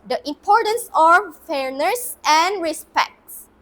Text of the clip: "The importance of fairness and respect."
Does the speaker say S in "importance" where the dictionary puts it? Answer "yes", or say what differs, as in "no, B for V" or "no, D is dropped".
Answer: yes